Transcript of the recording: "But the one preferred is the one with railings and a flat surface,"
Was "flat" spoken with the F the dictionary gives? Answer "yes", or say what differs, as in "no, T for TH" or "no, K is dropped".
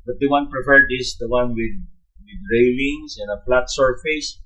no, P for F